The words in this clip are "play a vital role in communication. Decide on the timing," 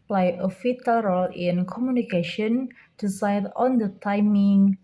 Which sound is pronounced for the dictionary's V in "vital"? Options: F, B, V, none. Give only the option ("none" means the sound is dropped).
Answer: F